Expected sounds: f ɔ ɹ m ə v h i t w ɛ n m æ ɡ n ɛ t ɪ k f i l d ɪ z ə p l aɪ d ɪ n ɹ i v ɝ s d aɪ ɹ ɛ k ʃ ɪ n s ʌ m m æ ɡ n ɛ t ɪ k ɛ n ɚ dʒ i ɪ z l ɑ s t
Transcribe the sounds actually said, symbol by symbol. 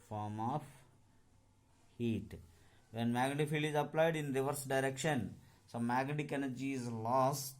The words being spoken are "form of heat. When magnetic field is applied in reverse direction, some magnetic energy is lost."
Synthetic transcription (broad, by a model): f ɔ ɹ m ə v h i t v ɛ n m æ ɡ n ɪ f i l ɪ z ə p l aɪ d ɪ n ɹ i v ɝ s d aɪ ɹ ɛ k ʃ ɪ n s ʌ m m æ ɡ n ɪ k ɛ n ɚ dʒ i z l ɑ s t